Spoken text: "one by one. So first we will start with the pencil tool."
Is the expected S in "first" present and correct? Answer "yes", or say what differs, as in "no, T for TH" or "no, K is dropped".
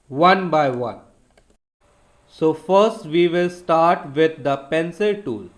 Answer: yes